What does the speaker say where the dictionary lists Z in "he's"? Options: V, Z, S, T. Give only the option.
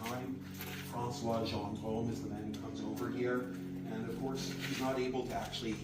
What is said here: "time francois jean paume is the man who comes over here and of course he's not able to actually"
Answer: Z